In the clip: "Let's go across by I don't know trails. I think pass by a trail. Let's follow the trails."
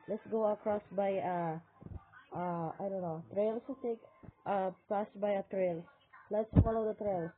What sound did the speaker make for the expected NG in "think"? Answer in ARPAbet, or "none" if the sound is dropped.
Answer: none